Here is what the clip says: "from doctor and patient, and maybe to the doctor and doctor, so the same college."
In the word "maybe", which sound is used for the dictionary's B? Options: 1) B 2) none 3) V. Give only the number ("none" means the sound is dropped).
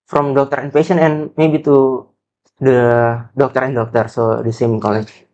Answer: 1